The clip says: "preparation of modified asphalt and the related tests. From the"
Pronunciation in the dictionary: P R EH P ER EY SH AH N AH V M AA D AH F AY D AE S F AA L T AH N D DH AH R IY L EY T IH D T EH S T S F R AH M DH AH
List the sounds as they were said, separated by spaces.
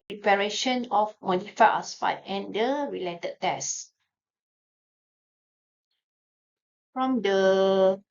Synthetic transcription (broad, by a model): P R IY P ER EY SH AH N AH F M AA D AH F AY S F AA T AH N D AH R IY L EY T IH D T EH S S F R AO M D AH